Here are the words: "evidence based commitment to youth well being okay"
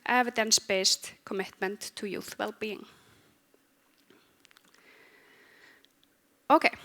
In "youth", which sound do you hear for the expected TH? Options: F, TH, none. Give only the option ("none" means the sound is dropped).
TH